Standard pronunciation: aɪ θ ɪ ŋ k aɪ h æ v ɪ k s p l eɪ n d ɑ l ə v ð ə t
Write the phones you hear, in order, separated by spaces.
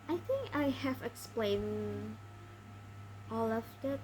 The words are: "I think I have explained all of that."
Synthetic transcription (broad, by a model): aɪ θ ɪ ŋ k aɪ h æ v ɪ k s p l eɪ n ɑ l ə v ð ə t